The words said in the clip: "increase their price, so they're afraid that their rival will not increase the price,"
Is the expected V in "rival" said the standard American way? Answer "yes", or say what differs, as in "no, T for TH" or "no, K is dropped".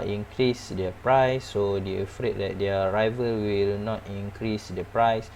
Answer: yes